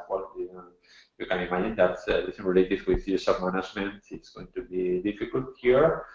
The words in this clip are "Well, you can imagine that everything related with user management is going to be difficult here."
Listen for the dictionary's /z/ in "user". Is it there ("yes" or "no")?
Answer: no